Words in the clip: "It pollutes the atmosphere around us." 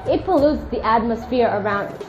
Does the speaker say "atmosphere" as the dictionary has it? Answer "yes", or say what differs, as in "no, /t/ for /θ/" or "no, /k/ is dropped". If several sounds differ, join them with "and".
yes